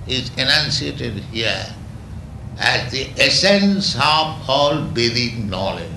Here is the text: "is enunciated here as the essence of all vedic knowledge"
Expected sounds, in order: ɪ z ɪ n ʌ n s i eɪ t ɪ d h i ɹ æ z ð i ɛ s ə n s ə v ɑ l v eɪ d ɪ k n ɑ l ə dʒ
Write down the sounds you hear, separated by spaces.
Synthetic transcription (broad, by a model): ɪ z ɪ n ʌ n s i eɪ t ɪ d h i ɹ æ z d i ɛ s ə n s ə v ɑ l b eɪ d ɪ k n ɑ l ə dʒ